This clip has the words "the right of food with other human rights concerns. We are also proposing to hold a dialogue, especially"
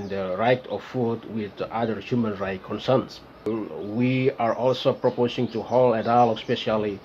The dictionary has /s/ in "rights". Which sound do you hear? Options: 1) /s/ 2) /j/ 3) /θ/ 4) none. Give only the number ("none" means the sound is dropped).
4